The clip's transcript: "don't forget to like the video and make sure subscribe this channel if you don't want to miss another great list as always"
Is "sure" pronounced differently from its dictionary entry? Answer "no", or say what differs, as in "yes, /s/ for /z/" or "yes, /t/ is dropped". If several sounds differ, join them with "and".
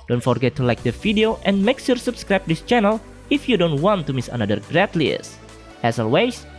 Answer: yes, /s/ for /ʃ/